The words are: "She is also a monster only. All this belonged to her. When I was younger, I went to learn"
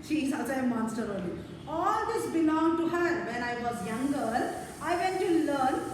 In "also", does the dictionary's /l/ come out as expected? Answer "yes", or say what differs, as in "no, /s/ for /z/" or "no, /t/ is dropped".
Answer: no, /l/ is dropped